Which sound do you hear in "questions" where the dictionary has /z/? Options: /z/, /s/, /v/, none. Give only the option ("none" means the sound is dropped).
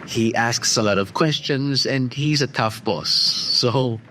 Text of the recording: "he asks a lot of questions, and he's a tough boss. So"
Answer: /z/